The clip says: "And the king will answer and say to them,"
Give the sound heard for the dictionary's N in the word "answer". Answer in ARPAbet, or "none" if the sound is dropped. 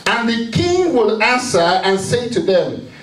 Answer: N